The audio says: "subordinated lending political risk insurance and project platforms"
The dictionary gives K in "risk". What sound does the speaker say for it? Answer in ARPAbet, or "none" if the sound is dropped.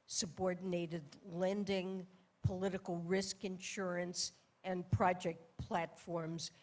K